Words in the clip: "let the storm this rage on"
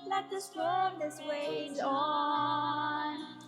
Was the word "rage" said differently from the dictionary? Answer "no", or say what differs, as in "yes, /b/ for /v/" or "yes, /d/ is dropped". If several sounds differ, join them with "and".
yes, /w/ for /ɹ/